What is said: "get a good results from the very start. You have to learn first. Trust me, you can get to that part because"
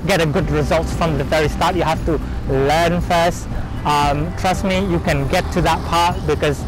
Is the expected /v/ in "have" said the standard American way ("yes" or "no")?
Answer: no